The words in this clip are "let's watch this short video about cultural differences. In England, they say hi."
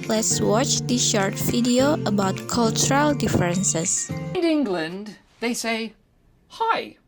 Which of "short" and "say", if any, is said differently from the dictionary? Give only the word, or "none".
none